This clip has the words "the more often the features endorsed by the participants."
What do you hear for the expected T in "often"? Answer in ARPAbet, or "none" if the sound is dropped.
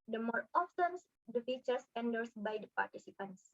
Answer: S